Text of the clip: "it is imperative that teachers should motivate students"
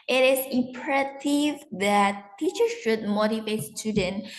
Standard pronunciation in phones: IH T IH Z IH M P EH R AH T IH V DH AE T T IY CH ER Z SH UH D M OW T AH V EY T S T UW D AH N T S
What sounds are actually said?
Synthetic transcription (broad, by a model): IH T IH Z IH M P R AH S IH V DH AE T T IY CH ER SH UH D M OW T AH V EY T S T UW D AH N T